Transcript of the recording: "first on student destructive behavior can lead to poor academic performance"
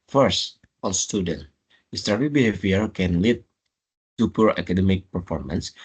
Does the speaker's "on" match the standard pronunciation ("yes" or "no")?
no